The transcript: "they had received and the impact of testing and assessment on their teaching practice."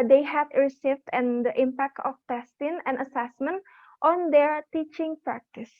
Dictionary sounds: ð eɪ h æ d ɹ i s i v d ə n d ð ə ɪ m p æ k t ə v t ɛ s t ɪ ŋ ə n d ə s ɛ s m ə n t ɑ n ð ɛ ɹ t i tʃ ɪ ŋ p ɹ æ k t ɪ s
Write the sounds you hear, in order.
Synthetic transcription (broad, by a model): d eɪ h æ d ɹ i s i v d ə n d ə ɪ m p æ k t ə f t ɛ s t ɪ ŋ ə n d ə s ɛ s m ə n t ɑ n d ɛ ɹ t i tʃ ɪ ŋ p ɹ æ k t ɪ s